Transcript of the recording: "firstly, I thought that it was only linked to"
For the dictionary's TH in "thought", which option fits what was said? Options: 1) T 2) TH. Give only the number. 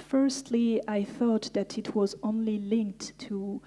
2